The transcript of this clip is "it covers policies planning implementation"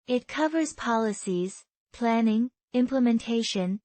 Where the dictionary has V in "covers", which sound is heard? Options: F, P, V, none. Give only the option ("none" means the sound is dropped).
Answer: V